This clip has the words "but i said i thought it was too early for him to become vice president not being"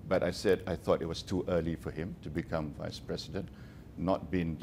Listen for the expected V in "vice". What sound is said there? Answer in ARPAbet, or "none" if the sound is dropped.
V